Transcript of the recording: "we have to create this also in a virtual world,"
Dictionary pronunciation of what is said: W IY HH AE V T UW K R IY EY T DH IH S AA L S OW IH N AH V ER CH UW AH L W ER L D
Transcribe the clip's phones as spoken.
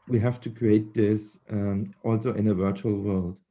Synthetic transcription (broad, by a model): W IY HH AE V T UW K R IY EY T DH IH S AA L S OW IH N AH V ER CH UW AH L W ER L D